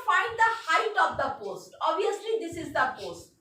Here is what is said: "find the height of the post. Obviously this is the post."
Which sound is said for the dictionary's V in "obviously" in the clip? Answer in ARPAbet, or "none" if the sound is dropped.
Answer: none